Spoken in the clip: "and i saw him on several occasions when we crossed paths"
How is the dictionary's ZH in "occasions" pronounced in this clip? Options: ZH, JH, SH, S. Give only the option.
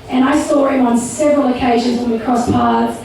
ZH